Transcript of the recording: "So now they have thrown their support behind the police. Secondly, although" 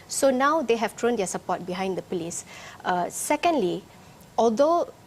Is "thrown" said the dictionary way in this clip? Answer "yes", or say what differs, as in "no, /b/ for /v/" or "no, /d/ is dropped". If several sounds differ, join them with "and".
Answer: no, /t/ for /θ/